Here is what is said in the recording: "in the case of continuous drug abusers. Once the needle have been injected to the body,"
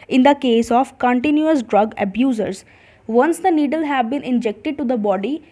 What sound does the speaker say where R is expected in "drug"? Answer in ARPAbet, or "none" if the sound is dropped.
R